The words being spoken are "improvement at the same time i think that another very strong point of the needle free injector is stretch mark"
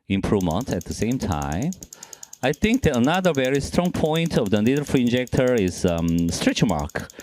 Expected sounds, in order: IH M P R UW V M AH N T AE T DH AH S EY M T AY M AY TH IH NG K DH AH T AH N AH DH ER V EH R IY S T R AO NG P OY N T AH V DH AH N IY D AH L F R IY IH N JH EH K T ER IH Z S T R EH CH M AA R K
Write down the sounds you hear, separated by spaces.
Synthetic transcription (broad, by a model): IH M P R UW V M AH N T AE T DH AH S EY M T AY M AY TH IH NG K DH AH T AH N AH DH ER V EH R IY S T R AO NG P OY N T AH V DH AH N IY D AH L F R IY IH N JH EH K T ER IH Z S T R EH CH M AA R K